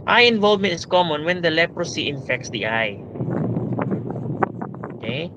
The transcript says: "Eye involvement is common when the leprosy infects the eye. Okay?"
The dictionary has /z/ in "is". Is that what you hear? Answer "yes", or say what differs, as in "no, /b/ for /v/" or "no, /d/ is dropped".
no, /s/ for /z/